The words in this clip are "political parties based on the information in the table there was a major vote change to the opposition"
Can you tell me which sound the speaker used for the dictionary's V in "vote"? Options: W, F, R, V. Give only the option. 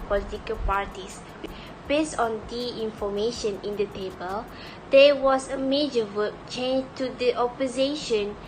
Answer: W